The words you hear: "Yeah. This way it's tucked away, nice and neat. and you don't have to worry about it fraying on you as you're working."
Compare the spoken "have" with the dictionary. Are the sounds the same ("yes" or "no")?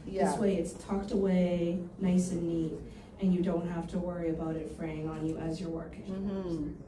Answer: no